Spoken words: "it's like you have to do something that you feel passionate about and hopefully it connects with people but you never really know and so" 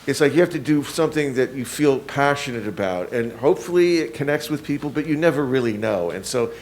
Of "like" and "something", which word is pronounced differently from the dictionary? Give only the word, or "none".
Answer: none